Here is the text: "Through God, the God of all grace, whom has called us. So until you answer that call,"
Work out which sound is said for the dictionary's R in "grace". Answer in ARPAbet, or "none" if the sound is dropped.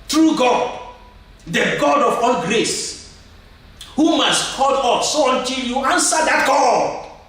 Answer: R